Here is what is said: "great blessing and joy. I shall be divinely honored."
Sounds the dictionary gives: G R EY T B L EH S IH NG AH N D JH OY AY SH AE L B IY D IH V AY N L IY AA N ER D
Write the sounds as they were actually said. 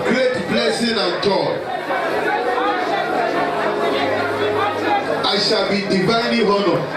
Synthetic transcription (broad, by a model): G R EY T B L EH S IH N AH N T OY AY SH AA L B IY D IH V AY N IY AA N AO